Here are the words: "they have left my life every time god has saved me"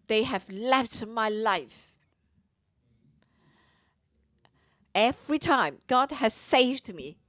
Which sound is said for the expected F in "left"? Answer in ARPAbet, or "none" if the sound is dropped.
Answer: F